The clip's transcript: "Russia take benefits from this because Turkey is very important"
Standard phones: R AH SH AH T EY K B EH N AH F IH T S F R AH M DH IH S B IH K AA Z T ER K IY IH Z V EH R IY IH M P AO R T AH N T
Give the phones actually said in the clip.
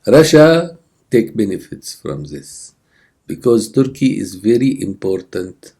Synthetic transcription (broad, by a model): R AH SH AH T EY K B EH N AH F IH T S F R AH M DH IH S B IH K AA Z T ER K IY IH Z V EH R IY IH M P AO R T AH N T